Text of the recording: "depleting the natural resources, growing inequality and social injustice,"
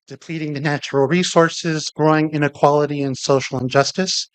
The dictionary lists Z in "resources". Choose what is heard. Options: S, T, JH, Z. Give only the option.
Z